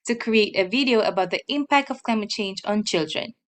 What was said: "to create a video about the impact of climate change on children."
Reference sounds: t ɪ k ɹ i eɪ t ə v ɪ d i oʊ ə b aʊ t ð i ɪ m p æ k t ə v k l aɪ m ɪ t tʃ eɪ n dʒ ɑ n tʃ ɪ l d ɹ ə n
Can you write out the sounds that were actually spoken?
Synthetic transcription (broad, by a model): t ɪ k ɹ i eɪ t ə v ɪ d i oʊ ə b aʊ t ð i ɪ m p æ k t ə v k l aɪ m ɪ t tʃ eɪ n dʒ ɑ n tʃ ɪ l d ɹ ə n